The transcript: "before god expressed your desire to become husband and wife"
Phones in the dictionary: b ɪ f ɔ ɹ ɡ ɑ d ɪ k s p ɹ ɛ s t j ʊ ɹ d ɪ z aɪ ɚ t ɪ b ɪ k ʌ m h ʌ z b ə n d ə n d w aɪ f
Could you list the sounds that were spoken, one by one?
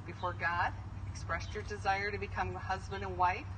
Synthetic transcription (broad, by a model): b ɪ f ɔ ɹ ɡ ɑ d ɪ k s p ɹ ɛ s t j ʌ ɹ d ɪ z aɪ ɚ t ɪ b ɪ k ʌ m h ʌ z b ə n d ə n w aɪ f